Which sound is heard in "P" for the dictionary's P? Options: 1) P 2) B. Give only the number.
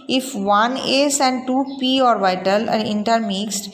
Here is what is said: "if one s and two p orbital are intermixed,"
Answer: 1